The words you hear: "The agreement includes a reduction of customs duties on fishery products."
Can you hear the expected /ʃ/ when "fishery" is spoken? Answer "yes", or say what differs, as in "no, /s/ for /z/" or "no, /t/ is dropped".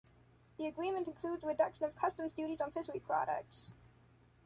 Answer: no, /s/ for /ʃ/